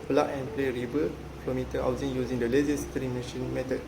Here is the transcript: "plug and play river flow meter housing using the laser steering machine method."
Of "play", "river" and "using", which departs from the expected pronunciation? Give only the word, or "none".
river